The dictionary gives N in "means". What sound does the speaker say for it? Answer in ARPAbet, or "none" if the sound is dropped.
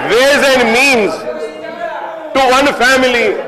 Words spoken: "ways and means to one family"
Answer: N